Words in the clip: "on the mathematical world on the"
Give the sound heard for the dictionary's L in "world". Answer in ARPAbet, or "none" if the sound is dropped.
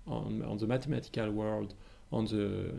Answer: L